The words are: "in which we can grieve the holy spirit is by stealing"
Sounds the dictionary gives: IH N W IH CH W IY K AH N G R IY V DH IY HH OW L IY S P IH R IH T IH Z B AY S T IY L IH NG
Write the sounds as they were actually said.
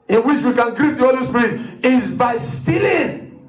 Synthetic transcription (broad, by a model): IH N W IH CH W IY K AH N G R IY P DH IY HH OW L IY S P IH R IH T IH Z B AY S T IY L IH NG